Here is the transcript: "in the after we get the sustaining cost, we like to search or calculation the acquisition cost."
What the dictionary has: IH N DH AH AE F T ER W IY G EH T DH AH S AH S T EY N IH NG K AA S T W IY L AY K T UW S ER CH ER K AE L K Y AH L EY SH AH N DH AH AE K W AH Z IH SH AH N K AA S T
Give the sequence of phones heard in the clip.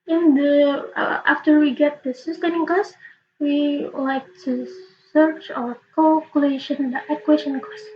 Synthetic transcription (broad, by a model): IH N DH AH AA F T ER W IY G EH T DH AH S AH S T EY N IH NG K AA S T W IY L AY K T UW S ER CH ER K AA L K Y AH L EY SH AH N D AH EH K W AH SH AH N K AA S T